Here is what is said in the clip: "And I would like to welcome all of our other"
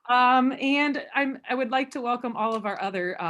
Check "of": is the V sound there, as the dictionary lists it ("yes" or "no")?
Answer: yes